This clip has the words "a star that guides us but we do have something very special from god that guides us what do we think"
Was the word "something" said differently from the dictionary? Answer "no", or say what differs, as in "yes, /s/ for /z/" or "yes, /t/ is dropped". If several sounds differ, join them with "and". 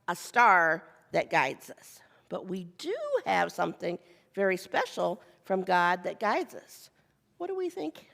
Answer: no